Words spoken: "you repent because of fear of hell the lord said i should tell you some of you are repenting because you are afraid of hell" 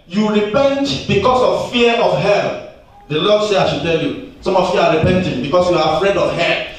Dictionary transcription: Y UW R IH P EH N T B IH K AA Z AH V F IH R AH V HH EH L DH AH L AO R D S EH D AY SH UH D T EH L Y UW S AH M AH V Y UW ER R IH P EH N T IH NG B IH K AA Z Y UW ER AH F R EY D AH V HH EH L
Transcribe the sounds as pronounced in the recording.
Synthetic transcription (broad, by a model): Y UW R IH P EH N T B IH K AA S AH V F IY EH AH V HH EH L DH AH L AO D S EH AY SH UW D T EH L Y UW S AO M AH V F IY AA R IH P EH N T IH NG B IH K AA S Y UW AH F R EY D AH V HH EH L